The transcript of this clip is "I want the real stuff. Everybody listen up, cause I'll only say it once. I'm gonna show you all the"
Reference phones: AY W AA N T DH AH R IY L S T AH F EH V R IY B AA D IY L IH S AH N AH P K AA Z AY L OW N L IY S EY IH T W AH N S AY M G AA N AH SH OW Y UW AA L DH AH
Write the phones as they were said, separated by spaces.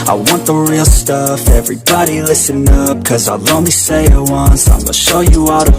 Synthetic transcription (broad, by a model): AY W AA N DH AH R IY L S T AH F EH V R IY B AA D IY L IH S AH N AH P K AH Z AY L OW N L IY S EY IH T W AH N S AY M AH SH OW Y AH AA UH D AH